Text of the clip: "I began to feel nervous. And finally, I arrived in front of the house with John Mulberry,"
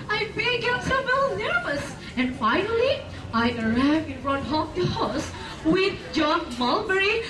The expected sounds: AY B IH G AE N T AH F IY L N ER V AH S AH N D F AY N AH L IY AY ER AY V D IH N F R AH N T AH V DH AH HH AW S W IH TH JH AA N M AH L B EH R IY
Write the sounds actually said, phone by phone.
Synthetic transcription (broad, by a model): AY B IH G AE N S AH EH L N ER V AH S AH N D F AY N AH L IY AY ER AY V IH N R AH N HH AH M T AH HH AW S W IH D JH AA N M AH L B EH R IY